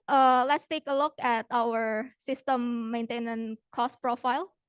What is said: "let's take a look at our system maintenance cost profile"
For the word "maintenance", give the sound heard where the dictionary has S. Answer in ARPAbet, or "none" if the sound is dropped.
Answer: none